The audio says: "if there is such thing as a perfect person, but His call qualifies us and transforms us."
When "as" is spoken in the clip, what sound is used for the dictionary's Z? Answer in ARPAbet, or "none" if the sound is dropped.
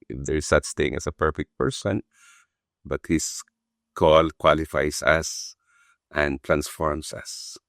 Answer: S